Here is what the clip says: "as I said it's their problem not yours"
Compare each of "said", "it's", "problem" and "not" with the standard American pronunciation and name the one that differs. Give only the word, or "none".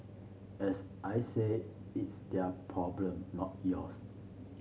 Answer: said